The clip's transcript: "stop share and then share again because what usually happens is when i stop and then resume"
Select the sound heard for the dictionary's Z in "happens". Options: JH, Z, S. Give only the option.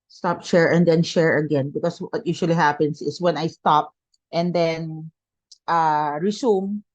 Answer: S